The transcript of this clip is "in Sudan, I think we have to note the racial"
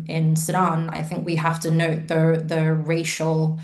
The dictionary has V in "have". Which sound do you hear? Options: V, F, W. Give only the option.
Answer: F